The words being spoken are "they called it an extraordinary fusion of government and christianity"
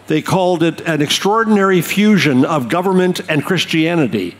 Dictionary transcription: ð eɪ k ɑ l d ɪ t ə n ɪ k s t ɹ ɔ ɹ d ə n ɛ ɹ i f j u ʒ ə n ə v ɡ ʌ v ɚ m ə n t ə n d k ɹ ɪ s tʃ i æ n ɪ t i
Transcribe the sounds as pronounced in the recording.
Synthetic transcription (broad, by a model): ð eɪ k ɑ l d ɪ t ə n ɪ k s t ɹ ɔ ɹ d n ɛ ɹ i f j u ʒ ə n ə v ɡ ʌ v ɚ m ə n t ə n k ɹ ɪ s tʃ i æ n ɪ t i